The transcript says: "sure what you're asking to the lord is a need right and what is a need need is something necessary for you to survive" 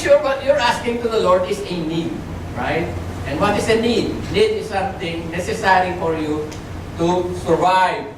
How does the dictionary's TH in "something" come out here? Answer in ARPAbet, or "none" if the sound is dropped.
T